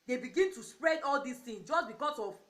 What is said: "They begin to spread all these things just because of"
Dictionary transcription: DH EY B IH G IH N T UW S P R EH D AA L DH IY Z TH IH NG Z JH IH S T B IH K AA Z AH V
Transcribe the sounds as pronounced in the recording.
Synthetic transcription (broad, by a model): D EY B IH G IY N T UW S P R EH D AA L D IY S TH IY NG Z JH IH S B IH K AA S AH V